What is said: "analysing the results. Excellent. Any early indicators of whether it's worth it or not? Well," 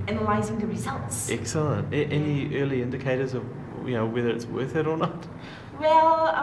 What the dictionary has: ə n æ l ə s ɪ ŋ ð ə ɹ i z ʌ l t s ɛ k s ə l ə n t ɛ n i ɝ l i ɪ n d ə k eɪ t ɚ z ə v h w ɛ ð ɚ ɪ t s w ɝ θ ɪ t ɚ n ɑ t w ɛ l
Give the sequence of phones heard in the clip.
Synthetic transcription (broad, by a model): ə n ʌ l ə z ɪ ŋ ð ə ɹ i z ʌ l t s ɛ k s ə l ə n t ɛ n i ɝ l i ɪ n d ə k eɪ t ɚ z ə v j w ɛ ð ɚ ɪ t s w ɝ θ ɪ t ɚ n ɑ t w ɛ l